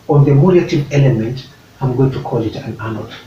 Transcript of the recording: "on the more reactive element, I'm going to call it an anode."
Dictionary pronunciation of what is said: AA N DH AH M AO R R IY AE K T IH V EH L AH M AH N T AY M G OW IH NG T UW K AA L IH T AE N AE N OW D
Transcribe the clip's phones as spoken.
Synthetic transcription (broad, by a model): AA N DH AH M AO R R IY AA T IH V EH L AH M AH N T AY M G OW IH NG T UW K AA L IH T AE N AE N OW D